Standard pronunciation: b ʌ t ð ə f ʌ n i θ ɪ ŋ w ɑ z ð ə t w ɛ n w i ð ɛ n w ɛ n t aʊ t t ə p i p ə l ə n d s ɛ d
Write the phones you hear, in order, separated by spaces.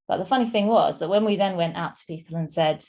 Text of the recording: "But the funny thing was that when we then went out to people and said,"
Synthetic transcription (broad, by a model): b ʌ t ð ə f ʌ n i θ ɪ ŋ w ɑ z ð ə t w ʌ n w i ð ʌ n w ɛ n t aʊ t t ə p i p ə l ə n s ɛ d